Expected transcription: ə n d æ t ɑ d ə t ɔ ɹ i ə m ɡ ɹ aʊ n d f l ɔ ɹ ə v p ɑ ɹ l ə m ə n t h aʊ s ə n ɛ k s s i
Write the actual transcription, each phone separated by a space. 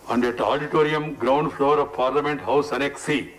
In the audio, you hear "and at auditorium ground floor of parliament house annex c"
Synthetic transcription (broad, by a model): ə n d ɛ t ɑ d ə t ɔ ɹ i ə m ɡ ɹ aʊ n d f l ɔ ɹ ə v p ɑ ɹ l ə m ə n t h aʊ s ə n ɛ k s s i